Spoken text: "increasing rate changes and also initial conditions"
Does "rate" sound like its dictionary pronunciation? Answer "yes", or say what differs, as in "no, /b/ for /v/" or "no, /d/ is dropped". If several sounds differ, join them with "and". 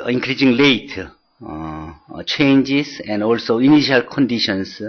no, /l/ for /ɹ/